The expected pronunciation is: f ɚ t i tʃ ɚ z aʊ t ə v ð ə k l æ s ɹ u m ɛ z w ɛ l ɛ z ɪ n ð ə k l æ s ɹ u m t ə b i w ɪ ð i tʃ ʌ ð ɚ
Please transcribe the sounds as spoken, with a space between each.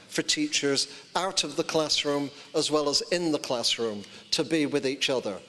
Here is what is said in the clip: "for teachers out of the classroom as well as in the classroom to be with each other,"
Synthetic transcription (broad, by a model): f ɚ t i tʃ ɚ z aʊ t ə v ð ə k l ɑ s ɹ u m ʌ z w ɛ l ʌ z ɪ n ð ə k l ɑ s ɹ u m t ə b i w ɪ ð i tʃ ʌ ð ɚ